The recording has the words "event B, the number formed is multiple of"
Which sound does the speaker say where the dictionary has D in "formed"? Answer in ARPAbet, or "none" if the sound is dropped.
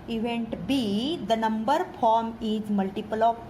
none